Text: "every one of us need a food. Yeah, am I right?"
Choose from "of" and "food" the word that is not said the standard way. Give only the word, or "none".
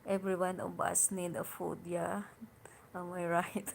of